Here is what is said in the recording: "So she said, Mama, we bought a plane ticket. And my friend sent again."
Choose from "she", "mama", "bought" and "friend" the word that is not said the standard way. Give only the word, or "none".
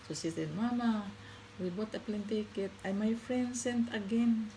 she